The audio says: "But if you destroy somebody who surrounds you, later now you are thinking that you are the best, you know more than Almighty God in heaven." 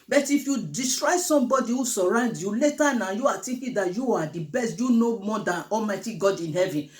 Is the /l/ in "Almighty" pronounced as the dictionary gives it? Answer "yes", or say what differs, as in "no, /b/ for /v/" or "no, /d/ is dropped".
yes